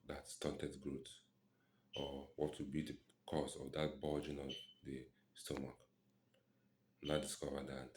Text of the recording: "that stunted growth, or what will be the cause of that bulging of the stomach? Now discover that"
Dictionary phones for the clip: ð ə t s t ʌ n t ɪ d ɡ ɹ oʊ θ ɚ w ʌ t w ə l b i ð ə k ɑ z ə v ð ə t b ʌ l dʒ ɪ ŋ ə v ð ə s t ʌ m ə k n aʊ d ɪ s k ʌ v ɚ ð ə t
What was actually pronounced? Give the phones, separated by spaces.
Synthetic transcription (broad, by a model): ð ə t s t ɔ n t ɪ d ɡ ɹ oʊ t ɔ w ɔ t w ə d b i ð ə k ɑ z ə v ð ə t b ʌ dʒ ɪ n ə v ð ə s t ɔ m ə k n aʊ d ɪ s k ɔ v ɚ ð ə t